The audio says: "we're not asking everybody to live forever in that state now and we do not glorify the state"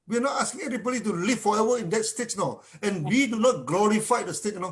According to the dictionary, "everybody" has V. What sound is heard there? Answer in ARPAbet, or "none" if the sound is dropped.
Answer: none